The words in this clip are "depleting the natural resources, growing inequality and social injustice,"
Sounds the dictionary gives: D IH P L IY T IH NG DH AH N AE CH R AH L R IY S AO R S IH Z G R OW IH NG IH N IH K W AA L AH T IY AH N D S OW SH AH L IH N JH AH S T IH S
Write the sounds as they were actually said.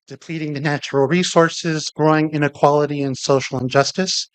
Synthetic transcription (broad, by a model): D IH P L IY T IH NG DH AH N AE CH R L R IY S AO R S IH Z G R OW IH NG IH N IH K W AA L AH T IY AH N S OW SH L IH N JH AH S T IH S